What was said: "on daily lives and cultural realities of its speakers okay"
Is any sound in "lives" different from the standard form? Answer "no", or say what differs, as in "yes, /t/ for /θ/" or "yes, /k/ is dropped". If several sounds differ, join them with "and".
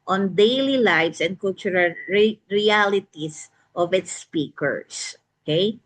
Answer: yes, /s/ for /z/